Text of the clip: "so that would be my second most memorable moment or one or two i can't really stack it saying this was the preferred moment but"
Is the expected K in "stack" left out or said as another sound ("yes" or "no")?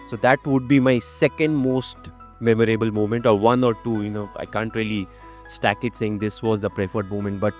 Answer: no